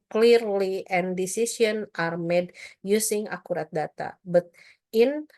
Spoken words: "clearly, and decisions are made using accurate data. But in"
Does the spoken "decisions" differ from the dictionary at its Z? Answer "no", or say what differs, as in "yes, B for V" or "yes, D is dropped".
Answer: yes, Z is dropped